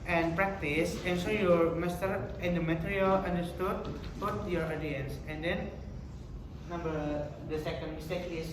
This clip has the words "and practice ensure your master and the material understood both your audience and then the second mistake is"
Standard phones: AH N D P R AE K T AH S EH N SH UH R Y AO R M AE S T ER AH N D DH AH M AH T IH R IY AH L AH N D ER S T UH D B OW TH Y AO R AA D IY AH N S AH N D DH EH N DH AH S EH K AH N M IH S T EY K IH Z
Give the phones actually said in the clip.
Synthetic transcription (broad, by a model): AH N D P R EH K T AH S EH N S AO Y AO R M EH S T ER AH N D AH M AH T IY R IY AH L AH N D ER S T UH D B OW T Y AO R AA D IY AH N S AH N D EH N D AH S EH K AH N M IH S T EY K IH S